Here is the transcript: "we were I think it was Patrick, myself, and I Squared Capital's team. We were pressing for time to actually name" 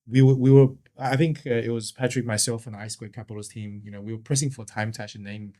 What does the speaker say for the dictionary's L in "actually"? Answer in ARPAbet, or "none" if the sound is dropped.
none